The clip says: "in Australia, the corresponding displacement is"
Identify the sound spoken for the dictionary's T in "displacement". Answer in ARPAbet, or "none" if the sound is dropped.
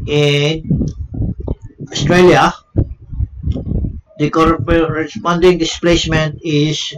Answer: T